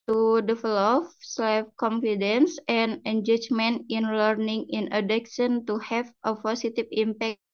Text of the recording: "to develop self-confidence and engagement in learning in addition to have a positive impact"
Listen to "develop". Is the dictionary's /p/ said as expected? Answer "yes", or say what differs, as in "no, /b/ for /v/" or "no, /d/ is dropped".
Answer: no, /f/ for /p/